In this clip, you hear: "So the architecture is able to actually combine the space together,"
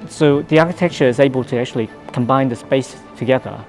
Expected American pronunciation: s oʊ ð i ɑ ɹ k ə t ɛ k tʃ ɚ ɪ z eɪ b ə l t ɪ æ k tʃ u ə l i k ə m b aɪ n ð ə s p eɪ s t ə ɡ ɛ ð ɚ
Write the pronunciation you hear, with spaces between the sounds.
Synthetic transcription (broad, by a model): s oʊ ð i ɑ ɹ k ə t ɛ k tʃ ɚ ɪ z eɪ b ə l t ɪ æ k tʃ u ə l i k ə m b aɪ n ð ə s p eɪ s t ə ɡ ɛ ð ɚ